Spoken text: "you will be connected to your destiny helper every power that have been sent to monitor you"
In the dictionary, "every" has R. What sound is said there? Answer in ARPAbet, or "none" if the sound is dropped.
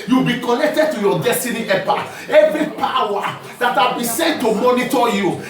R